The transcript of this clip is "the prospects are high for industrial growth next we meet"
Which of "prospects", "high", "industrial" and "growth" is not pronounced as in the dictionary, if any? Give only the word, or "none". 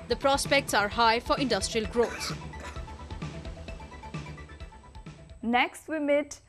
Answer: growth